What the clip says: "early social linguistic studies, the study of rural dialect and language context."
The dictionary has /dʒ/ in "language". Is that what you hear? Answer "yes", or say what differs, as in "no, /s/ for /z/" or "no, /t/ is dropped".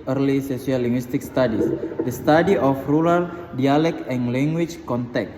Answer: no, /tʃ/ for /dʒ/